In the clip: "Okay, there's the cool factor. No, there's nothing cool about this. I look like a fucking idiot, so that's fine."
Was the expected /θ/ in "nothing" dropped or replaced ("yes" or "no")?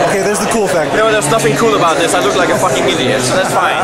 yes